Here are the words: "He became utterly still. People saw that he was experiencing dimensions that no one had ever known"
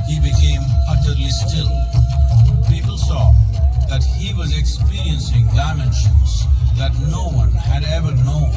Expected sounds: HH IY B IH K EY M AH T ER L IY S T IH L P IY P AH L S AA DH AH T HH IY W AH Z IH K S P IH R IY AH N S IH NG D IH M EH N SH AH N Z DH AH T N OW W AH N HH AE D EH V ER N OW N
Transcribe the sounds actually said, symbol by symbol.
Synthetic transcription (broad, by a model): HH IY B IH K EY M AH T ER L IY S T IH L P IY P L S AA DH AH T HH IY W AH Z IH K S P IH R IY AH N S IH NG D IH M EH N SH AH N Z DH AH T N OW W AH N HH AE D EH V ER N OW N